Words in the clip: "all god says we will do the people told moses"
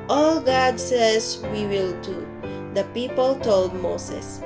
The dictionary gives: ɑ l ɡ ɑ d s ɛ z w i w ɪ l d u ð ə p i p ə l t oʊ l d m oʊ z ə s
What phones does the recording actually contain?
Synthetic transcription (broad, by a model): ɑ l ɡ ɑ d s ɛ s w i w ɪ l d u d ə p i p ə l t oʊ l d m oʊ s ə s